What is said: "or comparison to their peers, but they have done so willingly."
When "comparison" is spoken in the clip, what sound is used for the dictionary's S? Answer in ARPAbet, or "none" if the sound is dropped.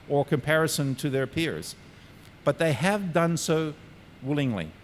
S